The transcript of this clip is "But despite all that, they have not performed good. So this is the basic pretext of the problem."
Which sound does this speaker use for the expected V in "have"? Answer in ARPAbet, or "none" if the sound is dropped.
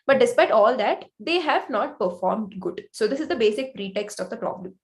V